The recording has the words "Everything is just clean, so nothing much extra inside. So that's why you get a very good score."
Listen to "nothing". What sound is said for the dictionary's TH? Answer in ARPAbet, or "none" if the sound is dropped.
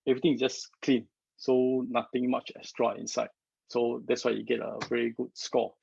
T